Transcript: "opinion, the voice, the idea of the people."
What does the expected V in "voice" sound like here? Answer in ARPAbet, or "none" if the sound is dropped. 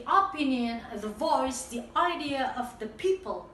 V